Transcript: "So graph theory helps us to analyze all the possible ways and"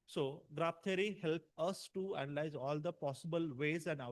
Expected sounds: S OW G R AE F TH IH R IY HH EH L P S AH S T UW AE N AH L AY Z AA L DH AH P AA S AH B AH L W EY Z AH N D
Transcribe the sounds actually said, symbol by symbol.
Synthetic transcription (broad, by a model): S OW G R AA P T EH R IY HH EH L P AH S T UW AE N AH L AY Z AA L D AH P AA S AH B AH L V EY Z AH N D